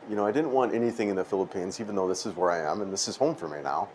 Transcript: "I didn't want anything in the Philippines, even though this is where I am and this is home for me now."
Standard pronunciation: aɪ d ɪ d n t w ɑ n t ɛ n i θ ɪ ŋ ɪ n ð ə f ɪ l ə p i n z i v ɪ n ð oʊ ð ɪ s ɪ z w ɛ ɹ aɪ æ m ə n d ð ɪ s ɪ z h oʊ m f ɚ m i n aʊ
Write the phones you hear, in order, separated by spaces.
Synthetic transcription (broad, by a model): aɪ d ɪ d n t w ɑ n t ɛ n i θ ɪ ŋ ɪ n ð ə f ɪ l ə p i n z i v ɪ n ð oʊ ð ɪ s ɪ z w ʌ ɹ aɪ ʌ m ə n ð ɪ s ɪ z h oʊ m f ɚ m i n aʊ